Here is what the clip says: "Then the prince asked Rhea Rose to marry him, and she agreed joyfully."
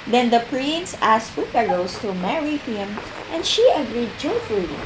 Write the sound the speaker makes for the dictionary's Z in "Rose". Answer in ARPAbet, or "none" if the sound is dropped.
S